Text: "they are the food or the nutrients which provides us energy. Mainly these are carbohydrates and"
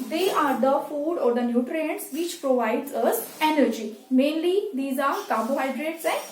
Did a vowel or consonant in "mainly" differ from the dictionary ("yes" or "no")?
no